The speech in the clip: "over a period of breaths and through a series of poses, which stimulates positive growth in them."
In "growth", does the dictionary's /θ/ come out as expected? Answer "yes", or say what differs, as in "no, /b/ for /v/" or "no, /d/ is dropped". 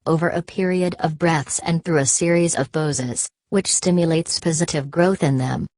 yes